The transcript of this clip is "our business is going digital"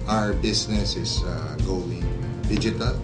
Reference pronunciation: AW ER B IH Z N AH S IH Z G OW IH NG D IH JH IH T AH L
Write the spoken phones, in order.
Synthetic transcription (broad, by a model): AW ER B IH S N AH S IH S G OW IH NG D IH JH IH T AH L